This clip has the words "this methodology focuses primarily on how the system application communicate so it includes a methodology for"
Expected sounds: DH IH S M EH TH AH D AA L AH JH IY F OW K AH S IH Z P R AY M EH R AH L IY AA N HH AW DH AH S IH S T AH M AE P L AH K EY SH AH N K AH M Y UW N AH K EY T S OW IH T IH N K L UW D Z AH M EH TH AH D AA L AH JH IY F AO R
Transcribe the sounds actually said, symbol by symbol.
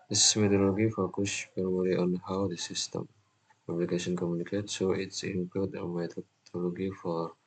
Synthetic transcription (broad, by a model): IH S M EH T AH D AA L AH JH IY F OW K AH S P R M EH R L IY AA N HH AW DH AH S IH S T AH M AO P L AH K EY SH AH N K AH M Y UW N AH K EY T S OW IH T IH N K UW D AH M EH T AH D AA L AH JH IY F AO R